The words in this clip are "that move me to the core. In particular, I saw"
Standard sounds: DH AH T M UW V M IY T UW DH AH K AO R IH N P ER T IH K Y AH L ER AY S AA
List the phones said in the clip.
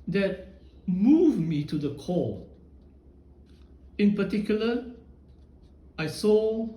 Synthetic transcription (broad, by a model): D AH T M UW V M IY T UW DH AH K AO L IH N P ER T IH K Y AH L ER AY S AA